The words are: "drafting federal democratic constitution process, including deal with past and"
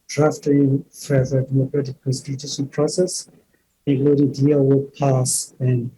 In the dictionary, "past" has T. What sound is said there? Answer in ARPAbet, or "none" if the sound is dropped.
none